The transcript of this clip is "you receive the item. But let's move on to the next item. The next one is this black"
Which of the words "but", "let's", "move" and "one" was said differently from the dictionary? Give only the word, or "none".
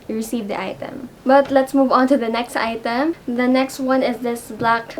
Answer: none